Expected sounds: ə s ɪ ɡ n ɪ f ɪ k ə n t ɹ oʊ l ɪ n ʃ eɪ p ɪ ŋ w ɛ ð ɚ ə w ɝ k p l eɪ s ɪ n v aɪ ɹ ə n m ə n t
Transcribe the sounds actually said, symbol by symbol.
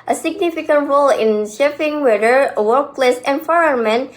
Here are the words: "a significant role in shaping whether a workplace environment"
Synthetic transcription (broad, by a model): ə s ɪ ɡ n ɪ f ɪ k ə n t ɹ oʊ l ɪ n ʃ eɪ f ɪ ŋ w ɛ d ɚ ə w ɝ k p l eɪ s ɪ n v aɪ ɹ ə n m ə n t